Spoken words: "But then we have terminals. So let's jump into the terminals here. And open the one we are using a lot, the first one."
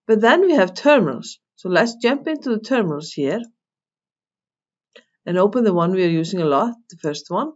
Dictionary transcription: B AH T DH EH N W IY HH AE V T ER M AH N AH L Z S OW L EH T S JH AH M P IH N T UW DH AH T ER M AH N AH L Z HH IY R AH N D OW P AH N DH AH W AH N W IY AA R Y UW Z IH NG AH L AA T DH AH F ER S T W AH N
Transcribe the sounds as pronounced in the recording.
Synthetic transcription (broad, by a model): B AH T DH EH N W IY HH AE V T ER M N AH L S OW L EH T S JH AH M P IH N T UW DH AH T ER M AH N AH L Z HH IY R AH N OW P AH N DH AH W AH N W IY AA R Y UW S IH NG AH L AA T DH AH F ER S T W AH N